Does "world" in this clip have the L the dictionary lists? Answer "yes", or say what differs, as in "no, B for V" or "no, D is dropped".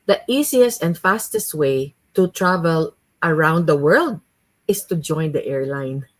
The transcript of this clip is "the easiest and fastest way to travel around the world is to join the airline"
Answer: yes